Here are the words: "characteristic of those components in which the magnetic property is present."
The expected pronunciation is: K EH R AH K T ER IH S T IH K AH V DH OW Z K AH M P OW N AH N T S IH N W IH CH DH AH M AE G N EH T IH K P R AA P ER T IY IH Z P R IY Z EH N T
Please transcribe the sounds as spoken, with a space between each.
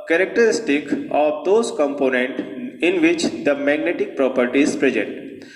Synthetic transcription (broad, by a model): K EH R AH K T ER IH S T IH K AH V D OW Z K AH M P OW N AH N T IH N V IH CH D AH M AE G N EH T IH K P R AA P ER T IY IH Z P R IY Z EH N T